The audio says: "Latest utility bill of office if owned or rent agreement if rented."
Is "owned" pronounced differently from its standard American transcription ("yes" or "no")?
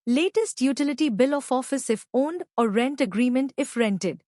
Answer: no